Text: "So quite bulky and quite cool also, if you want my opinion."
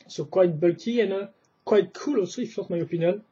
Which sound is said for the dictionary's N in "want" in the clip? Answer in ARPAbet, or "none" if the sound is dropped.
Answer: none